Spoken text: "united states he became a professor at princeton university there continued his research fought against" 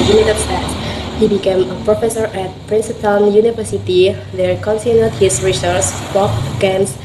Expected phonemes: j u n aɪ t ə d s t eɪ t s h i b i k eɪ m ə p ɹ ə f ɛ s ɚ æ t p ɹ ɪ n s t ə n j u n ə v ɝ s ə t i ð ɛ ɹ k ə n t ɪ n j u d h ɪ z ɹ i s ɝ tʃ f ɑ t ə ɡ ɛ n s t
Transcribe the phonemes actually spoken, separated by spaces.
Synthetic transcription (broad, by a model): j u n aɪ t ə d s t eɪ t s h i b i k eɪ m ə p ɹ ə f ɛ s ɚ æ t p ɹ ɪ n s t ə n j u n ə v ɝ s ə t i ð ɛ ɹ k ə n s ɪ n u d h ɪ s ɹ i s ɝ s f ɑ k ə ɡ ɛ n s